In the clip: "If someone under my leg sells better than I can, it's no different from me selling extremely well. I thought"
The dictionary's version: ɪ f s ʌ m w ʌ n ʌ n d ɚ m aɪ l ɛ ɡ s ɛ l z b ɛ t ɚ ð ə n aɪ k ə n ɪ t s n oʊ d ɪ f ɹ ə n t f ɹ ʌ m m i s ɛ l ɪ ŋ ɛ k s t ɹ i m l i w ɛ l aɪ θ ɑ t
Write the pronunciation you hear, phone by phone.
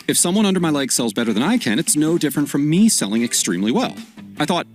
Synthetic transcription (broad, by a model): ɪ f s ʌ m w ʌ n ʌ n d ɚ m aɪ l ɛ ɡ s ɛ l z b ɛ t ɚ ð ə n aɪ k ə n ɪ t s n oʊ d ɪ f ɹ ə n t f ɹ ʌ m m i s ɛ l ɪ ŋ ɛ k s t ɹ i m l i w ɛ l aɪ θ ɑ t